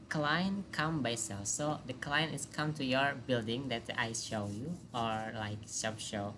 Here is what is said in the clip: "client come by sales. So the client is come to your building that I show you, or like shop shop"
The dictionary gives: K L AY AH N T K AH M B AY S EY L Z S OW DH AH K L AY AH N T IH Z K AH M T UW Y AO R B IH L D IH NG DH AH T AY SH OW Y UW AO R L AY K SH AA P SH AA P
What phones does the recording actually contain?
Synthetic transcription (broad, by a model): K L AY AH N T K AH M B AY S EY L S OW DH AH K L AY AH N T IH S K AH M T UW Y AO R B IH L D IH NG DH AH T AY SH OW Y UW AO R L AY K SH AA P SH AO